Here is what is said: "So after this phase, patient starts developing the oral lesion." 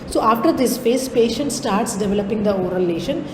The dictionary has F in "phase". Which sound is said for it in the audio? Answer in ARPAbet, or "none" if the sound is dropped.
P